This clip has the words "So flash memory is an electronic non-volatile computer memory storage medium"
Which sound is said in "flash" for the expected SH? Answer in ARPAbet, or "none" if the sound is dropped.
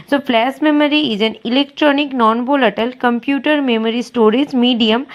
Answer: S